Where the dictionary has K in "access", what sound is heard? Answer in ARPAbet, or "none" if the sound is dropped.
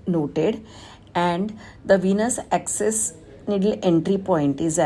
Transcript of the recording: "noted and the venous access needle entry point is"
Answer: K